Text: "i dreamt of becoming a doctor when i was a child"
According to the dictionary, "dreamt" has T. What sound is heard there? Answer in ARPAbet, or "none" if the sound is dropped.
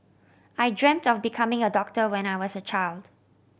T